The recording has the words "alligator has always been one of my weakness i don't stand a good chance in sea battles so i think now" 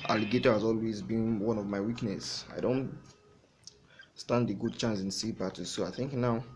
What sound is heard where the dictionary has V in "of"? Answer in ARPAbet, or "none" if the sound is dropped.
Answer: V